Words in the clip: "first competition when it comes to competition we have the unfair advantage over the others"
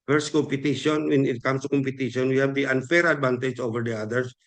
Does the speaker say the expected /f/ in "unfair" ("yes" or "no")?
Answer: yes